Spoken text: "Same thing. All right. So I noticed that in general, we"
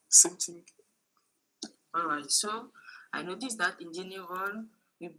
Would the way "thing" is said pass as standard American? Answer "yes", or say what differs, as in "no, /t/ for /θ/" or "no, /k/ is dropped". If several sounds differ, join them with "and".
no, /t/ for /θ/